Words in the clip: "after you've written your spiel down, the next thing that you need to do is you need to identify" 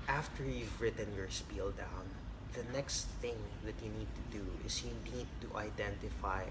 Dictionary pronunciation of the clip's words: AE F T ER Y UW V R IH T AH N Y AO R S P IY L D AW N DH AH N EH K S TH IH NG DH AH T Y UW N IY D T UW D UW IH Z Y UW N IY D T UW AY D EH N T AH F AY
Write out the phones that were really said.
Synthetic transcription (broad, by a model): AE F T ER Y UW V R IH T AH N Y AO R S P IY L D AW N DH AH N EH K S TH IH NG DH AH T Y UW N IY D T UW D UW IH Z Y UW N IY D T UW AY D EH N T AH F AY